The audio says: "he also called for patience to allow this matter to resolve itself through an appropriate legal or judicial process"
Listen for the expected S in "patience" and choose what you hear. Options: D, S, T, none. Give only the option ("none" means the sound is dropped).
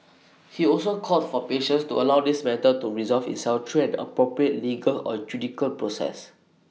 S